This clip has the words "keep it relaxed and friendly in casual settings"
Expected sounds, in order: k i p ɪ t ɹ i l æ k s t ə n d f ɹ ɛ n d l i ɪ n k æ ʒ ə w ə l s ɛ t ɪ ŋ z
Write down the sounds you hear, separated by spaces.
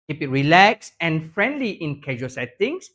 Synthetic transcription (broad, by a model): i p ɪ t ɹ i l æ k s ə n f ɹ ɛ n d l i ɪ n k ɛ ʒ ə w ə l s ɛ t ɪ ŋ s